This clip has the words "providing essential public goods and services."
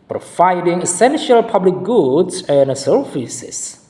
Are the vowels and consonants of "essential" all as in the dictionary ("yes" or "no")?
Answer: yes